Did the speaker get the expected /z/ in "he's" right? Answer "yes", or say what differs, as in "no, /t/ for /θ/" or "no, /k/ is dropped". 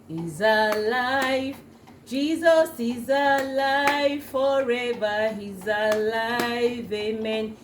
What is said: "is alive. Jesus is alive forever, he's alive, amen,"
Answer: yes